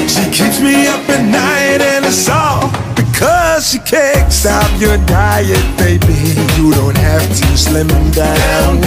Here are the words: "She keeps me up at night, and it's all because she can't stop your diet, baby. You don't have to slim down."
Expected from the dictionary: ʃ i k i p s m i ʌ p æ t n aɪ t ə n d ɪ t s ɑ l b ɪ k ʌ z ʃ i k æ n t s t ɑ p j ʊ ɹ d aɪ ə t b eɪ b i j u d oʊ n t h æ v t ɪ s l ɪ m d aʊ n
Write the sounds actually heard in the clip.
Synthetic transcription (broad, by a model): ʃ i k i p s m i ʌ p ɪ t n aɪ t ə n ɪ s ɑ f b ɪ k ʌ z ʃ i k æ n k s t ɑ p j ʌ ɹ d aɪ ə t b eɪ b i j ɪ d oʊ n t h æ f t ɪ s l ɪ m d aʊ n